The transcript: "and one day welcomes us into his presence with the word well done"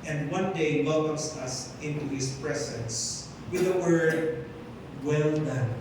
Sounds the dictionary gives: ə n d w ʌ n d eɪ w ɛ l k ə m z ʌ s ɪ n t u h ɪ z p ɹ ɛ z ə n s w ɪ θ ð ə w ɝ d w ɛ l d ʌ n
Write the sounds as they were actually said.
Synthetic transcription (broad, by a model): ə n d w ʌ n d eɪ w ɛ l k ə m s ʌ s ɪ n t u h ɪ s p ɹ ɛ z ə n s w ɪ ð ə w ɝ d w ɛ l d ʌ n